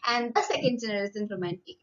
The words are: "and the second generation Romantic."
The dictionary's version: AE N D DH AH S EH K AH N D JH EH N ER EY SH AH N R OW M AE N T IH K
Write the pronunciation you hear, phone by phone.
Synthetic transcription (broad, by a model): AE N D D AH S EH K AH N D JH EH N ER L S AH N R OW M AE N T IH K